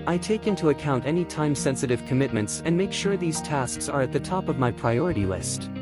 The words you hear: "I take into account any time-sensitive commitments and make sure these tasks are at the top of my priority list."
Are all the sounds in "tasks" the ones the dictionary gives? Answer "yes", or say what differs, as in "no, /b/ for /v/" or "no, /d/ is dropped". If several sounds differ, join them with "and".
yes